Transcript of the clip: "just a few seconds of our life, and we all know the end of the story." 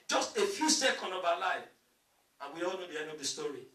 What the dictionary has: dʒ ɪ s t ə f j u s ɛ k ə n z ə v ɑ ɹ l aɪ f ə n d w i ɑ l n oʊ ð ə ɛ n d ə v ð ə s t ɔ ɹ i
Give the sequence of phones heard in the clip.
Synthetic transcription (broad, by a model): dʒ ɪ s t ə f j u s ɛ k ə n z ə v ɑ l aɪ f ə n w i ɑ l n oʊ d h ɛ d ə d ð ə s t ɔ ɹ i